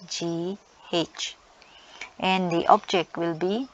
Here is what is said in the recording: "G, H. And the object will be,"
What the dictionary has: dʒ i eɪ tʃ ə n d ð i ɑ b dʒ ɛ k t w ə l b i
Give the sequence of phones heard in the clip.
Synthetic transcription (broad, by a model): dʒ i eɪ tʃ ə n d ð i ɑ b dʒ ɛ k t w ə l b i